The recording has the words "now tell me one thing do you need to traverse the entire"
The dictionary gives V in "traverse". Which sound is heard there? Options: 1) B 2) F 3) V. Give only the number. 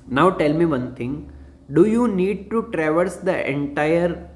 3